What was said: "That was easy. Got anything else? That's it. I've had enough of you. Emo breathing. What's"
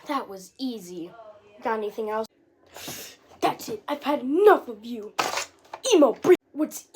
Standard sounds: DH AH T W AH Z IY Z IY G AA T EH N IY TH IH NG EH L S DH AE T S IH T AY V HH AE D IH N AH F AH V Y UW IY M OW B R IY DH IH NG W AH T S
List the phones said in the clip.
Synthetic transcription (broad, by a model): DH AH T W AH Z IY Z IY G AA T EH N IY TH IH NG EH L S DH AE T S IH T AY V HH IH D IH N AH F AH V Y UW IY M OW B R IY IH W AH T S